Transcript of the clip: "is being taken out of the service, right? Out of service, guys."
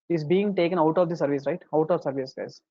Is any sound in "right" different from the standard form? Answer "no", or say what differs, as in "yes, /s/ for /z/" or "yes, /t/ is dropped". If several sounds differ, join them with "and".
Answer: no